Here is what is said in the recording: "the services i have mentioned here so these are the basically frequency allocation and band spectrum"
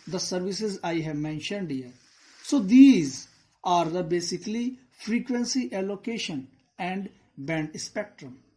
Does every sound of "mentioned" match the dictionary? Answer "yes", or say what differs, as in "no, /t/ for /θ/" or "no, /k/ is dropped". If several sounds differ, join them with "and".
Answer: yes